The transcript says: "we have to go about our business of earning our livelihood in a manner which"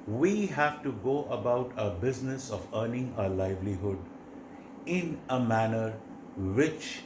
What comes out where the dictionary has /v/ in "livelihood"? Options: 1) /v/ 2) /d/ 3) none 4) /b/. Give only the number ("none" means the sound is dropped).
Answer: 1